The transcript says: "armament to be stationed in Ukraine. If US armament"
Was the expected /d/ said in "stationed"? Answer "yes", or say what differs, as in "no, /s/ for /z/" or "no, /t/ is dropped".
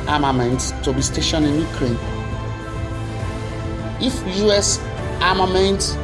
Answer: no, /d/ is dropped